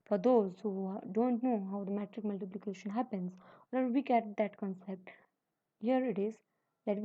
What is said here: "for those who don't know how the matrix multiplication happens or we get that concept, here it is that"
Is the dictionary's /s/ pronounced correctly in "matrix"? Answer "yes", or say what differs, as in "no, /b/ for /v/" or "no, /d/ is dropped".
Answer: no, /s/ is dropped